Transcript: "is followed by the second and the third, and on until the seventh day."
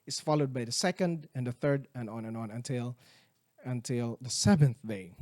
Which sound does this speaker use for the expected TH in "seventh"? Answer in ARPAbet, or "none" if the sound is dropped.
TH